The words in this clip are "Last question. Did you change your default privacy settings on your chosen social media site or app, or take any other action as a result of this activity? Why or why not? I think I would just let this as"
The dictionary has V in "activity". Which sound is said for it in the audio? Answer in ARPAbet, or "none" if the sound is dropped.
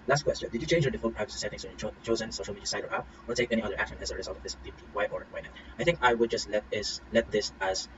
W